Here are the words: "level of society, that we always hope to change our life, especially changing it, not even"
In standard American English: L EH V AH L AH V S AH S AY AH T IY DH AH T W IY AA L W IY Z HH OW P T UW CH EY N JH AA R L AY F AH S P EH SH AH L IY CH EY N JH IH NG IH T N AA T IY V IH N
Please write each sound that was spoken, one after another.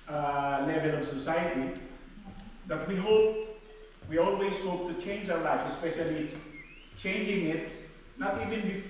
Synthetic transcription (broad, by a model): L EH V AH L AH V S AH S AY AH T IY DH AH T W IY AA L W IY Z HH OW P T UW CH EY N JH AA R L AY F AH S P EH SH AH L IY CH EY N JH IH NG IH T N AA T IY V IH N